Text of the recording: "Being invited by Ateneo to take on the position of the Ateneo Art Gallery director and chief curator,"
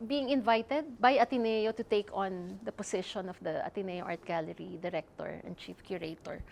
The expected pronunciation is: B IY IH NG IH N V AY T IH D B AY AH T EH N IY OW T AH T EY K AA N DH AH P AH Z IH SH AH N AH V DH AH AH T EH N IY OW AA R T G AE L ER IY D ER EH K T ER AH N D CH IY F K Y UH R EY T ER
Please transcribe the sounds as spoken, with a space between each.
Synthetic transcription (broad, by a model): B IY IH NG IH N V AY T IH D B AY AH T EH N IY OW T AH T EY K AA N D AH P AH S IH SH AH N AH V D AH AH T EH N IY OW AA R T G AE L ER IY D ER EH K T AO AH N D CH IY F K Y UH R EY T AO